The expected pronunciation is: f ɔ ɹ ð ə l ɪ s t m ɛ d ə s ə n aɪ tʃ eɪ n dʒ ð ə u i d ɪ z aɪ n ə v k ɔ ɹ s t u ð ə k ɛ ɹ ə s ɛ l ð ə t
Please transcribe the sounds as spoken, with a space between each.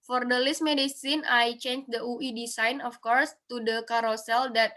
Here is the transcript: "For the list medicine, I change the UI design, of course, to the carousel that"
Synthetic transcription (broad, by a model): f ɔ ɹ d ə l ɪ s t m ɛ d ə s ə n aɪ tʃ eɪ n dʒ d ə u i d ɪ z aɪ n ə f k ɔ ɹ s t u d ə k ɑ ɹ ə s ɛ l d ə t